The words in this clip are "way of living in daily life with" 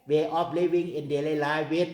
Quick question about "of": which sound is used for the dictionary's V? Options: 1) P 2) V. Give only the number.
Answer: 1